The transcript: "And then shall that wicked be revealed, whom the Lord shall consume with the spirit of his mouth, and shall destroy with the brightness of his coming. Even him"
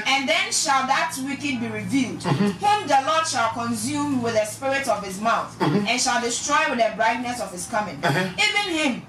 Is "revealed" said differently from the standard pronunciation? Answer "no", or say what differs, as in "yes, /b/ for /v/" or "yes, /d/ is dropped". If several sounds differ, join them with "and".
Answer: no